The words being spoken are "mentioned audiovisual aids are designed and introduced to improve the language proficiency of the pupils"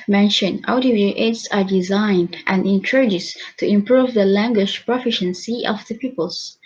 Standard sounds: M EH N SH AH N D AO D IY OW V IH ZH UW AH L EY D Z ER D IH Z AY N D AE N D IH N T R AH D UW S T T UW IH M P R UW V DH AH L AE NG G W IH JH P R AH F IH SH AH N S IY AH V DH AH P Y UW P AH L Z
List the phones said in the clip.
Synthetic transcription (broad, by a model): M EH N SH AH N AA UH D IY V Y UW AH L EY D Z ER D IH Z AY N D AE N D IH N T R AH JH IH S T T UW IH M P R UW V DH AH L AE NG G W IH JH P R AH F IH SH AH N S IY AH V DH AH P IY P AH L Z